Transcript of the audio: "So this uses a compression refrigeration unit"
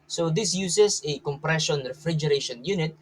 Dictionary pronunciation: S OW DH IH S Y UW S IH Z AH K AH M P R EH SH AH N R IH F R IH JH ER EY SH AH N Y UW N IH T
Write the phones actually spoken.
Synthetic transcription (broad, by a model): S OW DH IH S Y UW S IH S AH K AH M P R EH SH AH N R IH F R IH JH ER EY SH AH N Y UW N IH T